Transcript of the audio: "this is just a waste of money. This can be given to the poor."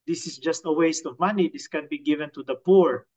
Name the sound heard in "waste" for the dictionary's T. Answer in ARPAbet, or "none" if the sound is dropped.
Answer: T